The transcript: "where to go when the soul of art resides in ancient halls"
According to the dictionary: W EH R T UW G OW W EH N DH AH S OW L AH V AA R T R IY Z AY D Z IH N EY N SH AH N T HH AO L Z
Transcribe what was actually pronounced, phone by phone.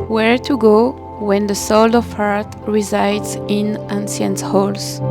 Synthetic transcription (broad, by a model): W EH R T UW G OW W EH N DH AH S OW L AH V AA R T R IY Z AY D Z IH N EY N S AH N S HH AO L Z